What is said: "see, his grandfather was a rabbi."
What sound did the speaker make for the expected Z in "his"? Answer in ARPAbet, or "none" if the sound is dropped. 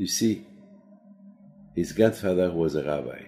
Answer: Z